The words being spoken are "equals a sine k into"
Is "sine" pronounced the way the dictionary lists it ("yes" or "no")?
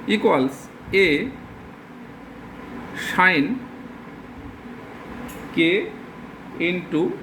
no